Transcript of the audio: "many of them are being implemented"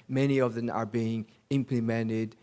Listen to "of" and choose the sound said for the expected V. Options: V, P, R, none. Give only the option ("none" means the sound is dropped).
V